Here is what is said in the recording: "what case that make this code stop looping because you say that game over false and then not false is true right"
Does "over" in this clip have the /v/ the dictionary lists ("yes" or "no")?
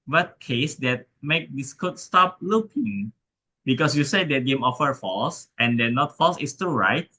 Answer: no